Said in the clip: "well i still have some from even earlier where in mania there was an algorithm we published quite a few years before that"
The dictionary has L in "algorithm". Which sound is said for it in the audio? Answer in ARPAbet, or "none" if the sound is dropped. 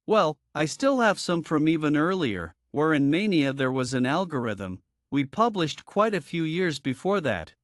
L